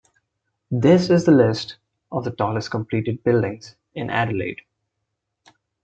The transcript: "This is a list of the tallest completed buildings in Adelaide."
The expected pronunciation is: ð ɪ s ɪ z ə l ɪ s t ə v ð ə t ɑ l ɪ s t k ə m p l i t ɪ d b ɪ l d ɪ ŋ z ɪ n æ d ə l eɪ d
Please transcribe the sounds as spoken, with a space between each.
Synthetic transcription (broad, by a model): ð ɪ s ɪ z ə l ɪ s t ə v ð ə t ɑ l ɪ s t k ə m p l i t ɪ d b ɪ l d ɪ ŋ z ɪ n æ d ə l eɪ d